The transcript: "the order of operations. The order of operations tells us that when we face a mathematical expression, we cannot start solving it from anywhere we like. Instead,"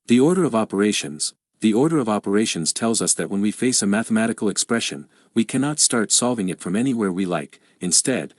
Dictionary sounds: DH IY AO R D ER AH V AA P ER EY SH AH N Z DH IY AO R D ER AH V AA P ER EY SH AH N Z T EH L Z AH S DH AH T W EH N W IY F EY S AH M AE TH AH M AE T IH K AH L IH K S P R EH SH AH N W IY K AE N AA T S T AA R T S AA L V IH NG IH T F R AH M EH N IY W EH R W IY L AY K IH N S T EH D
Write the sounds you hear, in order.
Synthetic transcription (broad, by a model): DH IY AO R D ER AH V AA P ER EY SH AH N Z DH IY AO R D ER AH V AA P ER EY SH AH N Z T EH L Z AH S DH AH T W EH N W IY F EY S AH M AE TH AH M AE T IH K L IH K S P R EH SH AH N W IY K AE N AA T S T AA R T S AA L V IH NG IH T F R AH M EH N IY W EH R W IY L AY K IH N S T EH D